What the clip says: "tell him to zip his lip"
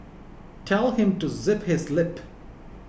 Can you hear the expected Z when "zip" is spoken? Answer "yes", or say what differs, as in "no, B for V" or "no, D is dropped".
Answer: yes